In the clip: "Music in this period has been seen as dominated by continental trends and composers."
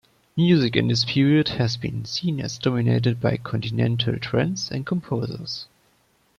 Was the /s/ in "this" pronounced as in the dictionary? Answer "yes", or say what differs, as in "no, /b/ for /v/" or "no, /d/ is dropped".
yes